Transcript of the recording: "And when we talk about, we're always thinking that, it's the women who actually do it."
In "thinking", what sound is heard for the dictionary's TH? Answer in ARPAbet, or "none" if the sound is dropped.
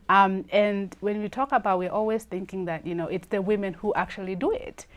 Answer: TH